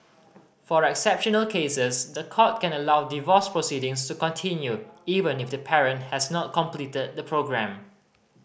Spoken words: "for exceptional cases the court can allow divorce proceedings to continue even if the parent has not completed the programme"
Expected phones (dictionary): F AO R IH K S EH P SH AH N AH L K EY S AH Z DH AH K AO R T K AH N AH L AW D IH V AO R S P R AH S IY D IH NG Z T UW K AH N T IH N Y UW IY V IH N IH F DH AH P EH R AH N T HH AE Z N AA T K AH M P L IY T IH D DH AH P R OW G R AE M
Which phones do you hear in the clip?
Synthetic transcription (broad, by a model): F AO R IH K S EH P SH AH N AH L K EY S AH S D AH K AO T K AH N AH L AW D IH V AO S P R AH S IY D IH NG S T UW K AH N T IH N Y UW IY V IH N IH F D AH P EH R AH N T HH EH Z N AA T K AH M P L IY T IH D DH AH P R OW G R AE M